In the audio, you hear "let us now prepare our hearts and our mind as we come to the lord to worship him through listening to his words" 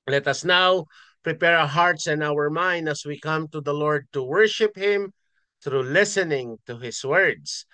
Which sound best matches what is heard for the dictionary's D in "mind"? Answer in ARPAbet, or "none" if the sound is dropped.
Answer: D